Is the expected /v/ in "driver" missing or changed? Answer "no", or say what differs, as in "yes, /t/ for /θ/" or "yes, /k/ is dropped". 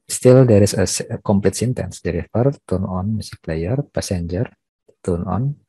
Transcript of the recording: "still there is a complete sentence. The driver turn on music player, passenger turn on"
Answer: yes, /f/ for /v/